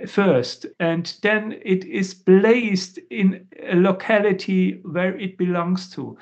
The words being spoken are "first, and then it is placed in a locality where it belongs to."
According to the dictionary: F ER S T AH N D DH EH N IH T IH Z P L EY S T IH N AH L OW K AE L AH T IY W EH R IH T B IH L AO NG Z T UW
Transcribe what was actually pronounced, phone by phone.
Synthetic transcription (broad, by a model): F ER S T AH N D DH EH N IH T IH Z B L EY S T IH N AH L OW K AE L AH T IY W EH R IH T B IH L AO NG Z T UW